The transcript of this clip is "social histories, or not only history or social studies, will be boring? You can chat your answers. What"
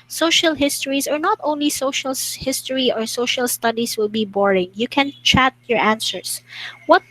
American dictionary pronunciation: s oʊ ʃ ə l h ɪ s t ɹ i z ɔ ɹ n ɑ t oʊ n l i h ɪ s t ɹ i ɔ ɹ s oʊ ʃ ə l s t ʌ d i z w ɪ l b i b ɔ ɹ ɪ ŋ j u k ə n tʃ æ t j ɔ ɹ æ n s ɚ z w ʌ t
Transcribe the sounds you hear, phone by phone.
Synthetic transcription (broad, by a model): s oʊ ʃ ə l h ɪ s t ɹ i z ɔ ɹ n ɑ t oʊ n l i h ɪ s t ɹ i ɔ ɹ s oʊ ʃ ə l s t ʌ d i s w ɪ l b i b ɔ ɹ ɪ ŋ j u k ə n tʃ æ t j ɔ ɹ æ n s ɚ s w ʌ t